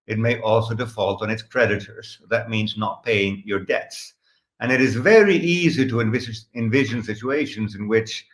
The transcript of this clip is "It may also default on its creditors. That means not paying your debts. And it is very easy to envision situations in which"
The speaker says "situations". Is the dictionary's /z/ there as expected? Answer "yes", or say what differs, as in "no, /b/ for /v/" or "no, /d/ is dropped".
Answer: yes